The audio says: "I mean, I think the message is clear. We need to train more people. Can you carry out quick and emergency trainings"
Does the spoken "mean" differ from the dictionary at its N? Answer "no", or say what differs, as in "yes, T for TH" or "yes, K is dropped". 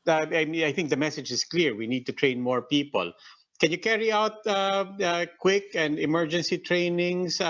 yes, N is dropped